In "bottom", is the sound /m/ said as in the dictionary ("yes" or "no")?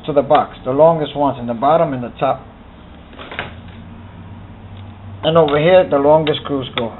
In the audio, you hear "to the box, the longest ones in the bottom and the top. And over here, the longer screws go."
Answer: yes